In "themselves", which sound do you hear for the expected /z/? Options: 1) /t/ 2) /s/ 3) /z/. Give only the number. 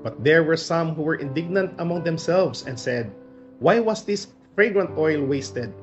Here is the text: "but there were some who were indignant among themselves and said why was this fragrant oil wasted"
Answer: 2